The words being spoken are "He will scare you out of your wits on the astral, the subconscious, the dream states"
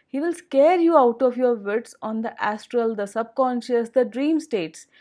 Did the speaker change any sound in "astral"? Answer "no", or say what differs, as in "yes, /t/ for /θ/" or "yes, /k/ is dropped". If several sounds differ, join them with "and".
no